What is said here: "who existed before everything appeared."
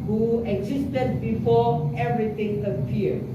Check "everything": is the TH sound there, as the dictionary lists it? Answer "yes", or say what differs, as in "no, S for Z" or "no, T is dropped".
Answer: no, T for TH